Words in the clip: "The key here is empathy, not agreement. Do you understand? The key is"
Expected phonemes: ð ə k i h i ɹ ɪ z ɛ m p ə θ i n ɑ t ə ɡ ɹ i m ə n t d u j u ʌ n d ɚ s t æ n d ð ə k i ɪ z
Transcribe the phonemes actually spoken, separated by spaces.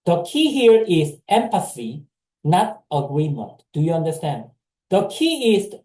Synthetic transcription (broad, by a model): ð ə k i h i ɹ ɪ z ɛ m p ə s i n ɑ t ə ɡ ɹ i m ə n t d u j u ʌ n d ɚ s t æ n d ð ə k i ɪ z